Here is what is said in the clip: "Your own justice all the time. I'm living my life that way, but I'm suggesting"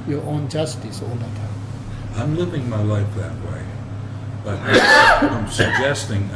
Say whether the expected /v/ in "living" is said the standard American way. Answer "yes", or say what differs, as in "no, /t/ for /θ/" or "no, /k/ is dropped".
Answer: yes